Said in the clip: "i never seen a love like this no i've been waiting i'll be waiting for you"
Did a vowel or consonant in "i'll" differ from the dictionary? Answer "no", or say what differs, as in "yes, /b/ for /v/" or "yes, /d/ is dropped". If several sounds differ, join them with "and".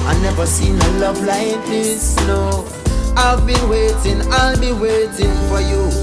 no